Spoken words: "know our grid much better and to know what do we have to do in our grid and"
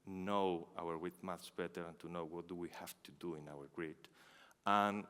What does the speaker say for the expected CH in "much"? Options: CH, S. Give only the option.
S